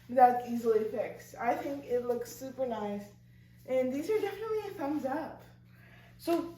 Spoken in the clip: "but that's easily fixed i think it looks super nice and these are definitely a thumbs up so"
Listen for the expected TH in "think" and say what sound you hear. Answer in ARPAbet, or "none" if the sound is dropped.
TH